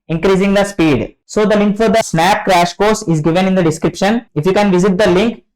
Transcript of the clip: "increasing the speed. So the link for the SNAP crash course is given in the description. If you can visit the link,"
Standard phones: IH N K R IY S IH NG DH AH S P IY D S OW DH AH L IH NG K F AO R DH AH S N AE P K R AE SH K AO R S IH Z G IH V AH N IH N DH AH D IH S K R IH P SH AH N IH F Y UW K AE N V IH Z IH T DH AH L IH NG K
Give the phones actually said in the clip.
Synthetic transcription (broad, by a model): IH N K R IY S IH NG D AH S P IY D S OW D AH L IH NG K F AO R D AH S N AE P K R AE SH K AO R S IH Z G IH V AH N IH N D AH D IH S K R IH P SH AH N IH F Y UW K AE N V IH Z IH T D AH L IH NG K